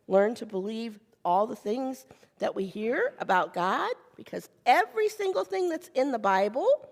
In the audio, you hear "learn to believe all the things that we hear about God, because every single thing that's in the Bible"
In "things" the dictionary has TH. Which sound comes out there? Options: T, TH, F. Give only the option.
TH